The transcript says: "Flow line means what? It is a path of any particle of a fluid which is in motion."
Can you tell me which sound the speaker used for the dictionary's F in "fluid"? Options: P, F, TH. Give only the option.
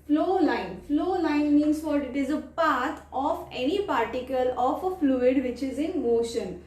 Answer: F